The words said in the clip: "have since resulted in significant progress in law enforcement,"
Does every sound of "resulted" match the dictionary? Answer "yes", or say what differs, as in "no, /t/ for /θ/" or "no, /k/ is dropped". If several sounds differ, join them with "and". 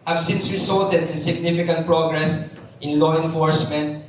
no, /s/ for /z/